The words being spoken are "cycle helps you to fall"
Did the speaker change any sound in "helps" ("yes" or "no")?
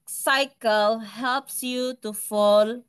no